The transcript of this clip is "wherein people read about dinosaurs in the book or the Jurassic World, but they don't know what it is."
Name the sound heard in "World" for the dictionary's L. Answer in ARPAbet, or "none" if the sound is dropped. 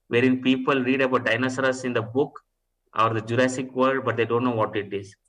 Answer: none